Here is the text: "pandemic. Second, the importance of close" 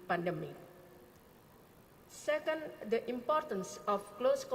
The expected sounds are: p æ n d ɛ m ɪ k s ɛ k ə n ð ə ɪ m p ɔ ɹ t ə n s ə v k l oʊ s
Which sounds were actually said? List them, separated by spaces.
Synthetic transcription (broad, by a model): p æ n d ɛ m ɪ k s ɛ k ə n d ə ɪ m p ɔ ɹ t ə n s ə f k l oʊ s